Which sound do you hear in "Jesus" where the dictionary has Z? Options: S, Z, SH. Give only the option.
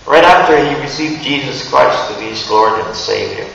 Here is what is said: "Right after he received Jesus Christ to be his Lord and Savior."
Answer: Z